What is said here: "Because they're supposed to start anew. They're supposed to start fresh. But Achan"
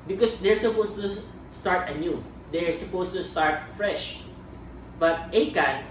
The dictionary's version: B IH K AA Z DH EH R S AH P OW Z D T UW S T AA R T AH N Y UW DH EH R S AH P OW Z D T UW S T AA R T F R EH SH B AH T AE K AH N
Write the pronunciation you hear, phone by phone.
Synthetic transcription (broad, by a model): B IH K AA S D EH R S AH P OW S T UW S T AA R T AH N Y UW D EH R S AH P OW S T UW S T AA R T F R EH SH B AH T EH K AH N